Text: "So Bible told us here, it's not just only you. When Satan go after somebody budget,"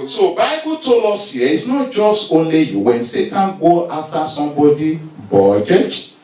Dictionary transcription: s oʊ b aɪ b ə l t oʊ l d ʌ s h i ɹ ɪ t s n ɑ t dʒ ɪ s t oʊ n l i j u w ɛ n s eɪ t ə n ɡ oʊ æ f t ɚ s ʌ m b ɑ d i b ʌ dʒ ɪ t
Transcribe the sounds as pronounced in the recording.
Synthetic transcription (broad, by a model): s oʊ b aɪ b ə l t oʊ l ɔ s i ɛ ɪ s n ɑ t dʒ ɪ s t oʊ n l i j u w ɛ n s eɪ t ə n ɡ oʊ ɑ f t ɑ s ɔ m b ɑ d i b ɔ dʒ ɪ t